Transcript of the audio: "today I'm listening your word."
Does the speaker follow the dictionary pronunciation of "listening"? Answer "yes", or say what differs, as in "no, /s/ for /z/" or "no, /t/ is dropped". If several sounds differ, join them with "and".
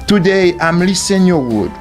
no, /n/ is dropped